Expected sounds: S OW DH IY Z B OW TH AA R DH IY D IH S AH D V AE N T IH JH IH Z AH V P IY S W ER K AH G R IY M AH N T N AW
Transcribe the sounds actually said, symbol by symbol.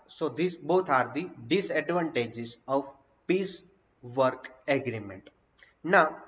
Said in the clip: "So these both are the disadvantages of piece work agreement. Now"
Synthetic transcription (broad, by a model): S OW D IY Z B OW T AA R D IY D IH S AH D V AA N T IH JH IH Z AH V P IY S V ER K AH G R IY M AH N T N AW